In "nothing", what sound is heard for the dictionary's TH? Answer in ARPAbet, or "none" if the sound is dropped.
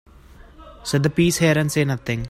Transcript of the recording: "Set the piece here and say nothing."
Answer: T